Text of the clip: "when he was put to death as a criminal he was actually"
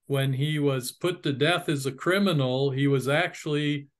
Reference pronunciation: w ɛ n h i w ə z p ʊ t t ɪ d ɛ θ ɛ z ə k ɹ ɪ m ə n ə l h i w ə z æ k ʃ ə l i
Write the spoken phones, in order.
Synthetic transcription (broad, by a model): w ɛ n i w ə z p ʊ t t ɪ d ɛ θ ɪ z ə k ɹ ɪ m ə n l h i w ə z æ k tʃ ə l i